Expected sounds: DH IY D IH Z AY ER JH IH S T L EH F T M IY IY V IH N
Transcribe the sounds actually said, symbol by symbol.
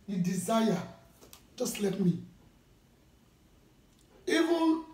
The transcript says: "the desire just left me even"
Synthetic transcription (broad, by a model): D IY D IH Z AY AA JH IH S T L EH T M IY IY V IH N